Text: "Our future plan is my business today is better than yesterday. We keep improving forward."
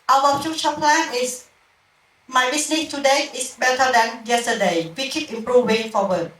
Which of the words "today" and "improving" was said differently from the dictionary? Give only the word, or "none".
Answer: improving